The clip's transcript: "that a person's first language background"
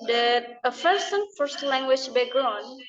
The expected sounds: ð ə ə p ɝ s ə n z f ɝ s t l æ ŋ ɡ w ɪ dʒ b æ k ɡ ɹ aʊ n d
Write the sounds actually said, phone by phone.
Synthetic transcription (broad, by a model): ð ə ə f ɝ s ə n f ɝ s t l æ ŋ ɡ w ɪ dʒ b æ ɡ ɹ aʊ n